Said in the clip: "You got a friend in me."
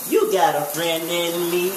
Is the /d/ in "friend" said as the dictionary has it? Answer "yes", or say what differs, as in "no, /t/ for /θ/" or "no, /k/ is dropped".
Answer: no, /d/ is dropped